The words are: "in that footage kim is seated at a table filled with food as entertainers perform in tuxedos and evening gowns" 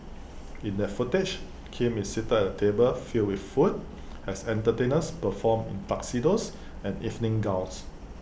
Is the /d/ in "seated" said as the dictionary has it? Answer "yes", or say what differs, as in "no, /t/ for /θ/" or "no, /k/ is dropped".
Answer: no, /d/ is dropped